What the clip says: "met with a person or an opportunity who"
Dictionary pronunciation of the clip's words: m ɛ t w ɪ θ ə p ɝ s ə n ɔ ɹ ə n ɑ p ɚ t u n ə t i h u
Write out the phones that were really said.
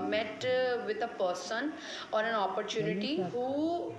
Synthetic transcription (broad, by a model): m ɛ t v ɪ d ə p ɝ s ə n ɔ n ə n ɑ p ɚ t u n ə t i h u